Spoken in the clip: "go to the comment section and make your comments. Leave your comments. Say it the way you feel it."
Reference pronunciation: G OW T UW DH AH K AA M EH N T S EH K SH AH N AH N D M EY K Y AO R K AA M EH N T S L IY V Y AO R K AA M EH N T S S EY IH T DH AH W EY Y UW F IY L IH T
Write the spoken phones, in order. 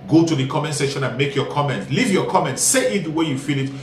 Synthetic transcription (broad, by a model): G OW T UW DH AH K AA M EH N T S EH SH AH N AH N M EY K Y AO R K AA M EH N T L IY V Y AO K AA M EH N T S S EY IH T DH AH W EY Y UW F IY L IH T